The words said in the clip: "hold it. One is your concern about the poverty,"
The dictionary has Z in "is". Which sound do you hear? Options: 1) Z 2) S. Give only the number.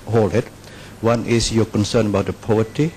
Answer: 2